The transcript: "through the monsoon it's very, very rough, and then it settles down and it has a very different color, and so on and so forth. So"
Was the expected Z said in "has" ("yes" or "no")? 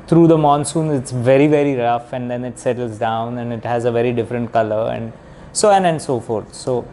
yes